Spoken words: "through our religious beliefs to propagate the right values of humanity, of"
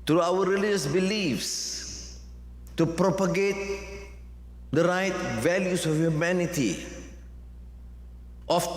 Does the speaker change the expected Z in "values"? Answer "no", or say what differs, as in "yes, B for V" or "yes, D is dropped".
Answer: yes, S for Z